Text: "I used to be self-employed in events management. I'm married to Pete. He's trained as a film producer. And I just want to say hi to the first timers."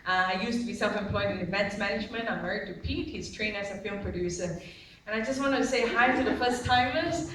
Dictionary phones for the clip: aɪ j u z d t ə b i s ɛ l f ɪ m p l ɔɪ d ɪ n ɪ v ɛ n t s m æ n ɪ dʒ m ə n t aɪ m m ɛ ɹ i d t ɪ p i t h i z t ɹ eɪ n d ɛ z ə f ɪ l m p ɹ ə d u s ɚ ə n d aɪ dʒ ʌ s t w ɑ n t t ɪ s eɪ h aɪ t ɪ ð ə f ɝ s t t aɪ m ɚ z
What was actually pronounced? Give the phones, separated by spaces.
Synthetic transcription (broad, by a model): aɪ j u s t ə b i s ɛ l f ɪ m p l ɔɪ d ɪ n ɪ v ɛ n t s m æ n ɪ dʒ m ə n t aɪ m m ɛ ɹ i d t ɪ p i t h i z t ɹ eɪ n ɛ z ə f ɪ l m p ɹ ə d u s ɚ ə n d aɪ dʒ ʌ s t w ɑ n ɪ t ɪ s eɪ h aɪ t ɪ ð ə f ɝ s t t aɪ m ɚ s